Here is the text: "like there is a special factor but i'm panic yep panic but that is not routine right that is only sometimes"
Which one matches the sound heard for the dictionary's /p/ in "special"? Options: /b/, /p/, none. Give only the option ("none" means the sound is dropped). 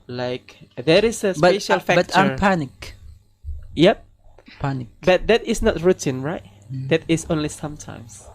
/b/